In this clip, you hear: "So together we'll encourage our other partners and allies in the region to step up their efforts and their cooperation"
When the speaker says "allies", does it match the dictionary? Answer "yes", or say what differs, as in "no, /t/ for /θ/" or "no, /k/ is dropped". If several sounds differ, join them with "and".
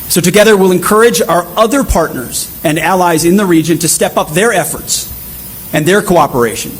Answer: yes